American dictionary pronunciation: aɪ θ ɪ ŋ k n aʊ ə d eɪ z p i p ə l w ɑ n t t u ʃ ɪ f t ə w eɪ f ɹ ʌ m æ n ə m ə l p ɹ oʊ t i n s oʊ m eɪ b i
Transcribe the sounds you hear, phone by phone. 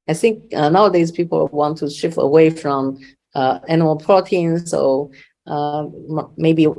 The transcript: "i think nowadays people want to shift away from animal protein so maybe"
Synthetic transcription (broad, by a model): aɪ θ ɪ ŋ k n aʊ ə d eɪ z p i p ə l w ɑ n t t u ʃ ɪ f ə w eɪ f ɹ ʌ m æ n ə m ə l p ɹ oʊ t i n s oʊ m eɪ b i